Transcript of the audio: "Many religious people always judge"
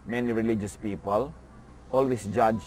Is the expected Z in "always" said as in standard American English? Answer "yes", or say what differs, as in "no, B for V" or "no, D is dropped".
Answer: no, S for Z